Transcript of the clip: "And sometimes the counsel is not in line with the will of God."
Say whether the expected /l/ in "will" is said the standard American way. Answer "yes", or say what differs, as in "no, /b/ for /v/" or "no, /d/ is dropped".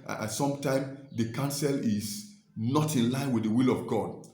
yes